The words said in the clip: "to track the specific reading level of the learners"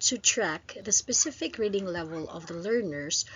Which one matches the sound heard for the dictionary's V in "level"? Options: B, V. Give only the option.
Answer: V